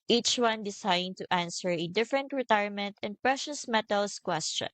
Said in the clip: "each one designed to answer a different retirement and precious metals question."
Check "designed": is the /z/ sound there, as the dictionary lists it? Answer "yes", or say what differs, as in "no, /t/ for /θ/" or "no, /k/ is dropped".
no, /s/ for /z/